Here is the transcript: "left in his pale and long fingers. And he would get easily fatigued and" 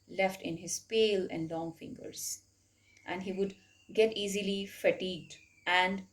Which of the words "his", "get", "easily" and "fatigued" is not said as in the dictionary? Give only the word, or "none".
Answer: none